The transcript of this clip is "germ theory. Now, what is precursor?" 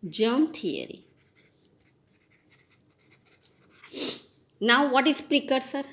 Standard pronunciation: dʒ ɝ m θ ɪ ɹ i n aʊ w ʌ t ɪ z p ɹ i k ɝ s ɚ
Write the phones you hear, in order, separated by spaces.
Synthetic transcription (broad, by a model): dʒ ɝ m t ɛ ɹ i n aʊ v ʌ t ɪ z p ɹ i k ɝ s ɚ